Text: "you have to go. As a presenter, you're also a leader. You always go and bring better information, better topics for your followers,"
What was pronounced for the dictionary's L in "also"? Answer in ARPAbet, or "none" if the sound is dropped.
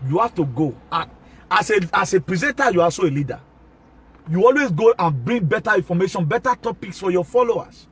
none